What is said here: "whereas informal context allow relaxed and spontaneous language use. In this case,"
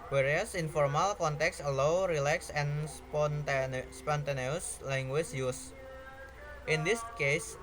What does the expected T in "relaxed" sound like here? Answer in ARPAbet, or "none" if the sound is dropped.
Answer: none